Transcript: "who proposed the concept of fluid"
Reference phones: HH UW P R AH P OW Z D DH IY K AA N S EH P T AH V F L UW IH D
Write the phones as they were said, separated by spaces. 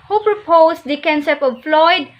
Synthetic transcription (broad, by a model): HH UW P R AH P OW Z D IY K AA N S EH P AH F L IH D